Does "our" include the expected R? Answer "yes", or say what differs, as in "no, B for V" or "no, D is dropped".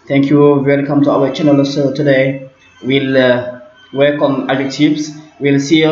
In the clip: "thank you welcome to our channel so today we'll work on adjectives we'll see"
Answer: no, W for R